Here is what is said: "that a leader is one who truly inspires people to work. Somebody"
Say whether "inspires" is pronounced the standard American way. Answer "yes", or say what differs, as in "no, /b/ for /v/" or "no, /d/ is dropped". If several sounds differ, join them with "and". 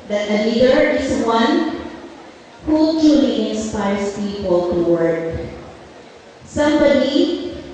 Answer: no, /s/ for /z/